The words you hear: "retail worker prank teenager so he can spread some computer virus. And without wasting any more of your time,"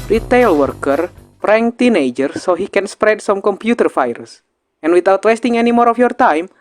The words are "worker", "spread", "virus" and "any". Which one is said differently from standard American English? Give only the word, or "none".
virus